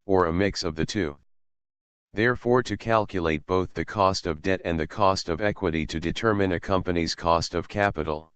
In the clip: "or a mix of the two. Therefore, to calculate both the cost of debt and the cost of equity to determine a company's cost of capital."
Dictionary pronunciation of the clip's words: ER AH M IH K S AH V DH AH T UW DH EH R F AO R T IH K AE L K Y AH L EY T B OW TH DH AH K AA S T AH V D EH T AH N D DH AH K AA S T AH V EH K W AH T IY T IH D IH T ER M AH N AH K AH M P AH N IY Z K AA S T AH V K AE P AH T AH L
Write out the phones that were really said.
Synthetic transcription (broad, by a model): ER AH M IH K S AH V DH AH T UW DH EH R F AO R T IH K AE L K Y AH L EY T B OW TH DH AH K AA S T AH V D EH T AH N DH AH K AA S T AH V EH K W AH T IY T IH D IH T ER M AH N AH K AH M P AH N IY Z K AA S T AH V K AE P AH T L